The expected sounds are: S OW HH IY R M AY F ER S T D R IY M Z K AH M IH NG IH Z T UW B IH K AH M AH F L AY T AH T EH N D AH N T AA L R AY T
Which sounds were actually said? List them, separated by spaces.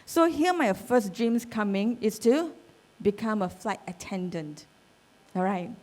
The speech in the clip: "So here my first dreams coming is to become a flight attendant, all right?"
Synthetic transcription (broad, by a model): S OW HH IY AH M AY F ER S D R IY M S K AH M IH NG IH S T UW B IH K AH M AH F L AY T AH T EH N D AH N T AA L R AY T